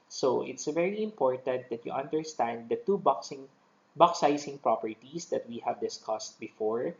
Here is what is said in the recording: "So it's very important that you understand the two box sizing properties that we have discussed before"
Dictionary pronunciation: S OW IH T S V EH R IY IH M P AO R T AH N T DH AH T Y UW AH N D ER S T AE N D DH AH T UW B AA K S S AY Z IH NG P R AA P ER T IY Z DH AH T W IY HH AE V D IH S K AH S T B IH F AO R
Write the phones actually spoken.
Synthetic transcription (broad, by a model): S OW IH T S V EH R IY IH M P AO R T AH N T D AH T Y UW AH N D ER S T AE N D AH T UW B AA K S S AY S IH NG P R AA P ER T IY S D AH T W IY HH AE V D IH S K AH S T B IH F AO R